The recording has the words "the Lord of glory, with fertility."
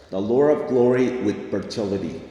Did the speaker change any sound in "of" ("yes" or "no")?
no